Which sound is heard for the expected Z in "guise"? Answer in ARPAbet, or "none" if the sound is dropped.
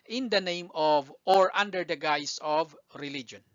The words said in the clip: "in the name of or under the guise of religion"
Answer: S